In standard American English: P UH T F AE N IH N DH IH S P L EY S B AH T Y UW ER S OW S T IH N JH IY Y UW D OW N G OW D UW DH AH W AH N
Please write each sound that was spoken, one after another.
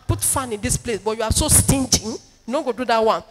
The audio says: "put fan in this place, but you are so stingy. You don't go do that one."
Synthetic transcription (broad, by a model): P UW T F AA N IH N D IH S P L EY S B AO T Y UW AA S OW S T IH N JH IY Y UW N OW G OW D UW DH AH W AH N